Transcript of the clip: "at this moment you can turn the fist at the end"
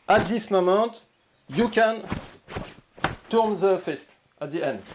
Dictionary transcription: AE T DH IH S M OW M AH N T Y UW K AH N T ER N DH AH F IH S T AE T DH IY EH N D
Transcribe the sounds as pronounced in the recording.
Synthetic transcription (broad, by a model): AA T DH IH S M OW M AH T Y UW K AH N T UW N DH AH F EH S T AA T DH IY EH N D